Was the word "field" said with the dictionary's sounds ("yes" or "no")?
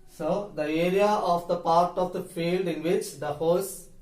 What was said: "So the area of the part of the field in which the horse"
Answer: yes